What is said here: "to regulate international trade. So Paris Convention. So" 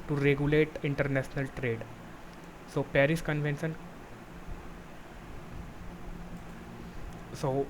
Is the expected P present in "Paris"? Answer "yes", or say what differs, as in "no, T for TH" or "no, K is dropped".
yes